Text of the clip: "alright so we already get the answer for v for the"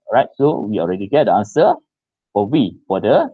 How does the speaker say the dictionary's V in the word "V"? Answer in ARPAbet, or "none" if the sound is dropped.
W